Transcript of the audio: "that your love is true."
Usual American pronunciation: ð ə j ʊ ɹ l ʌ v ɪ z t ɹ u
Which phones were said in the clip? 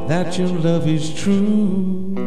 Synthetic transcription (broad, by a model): ð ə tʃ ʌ ɹ l ʌ v ɪ z t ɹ u